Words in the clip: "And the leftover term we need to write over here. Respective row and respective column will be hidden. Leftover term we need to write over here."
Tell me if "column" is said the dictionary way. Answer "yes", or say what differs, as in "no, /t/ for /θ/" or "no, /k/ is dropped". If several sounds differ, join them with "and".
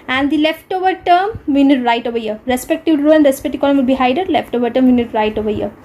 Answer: no, /n/ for /l/